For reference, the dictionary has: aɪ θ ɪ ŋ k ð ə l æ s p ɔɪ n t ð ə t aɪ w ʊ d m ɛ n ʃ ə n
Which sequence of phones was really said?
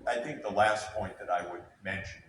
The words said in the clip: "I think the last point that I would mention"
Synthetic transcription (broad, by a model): aɪ θ ɪ ŋ k ð ə l æ s p ɔɪ n ð ə t aɪ w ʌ d m ɛ n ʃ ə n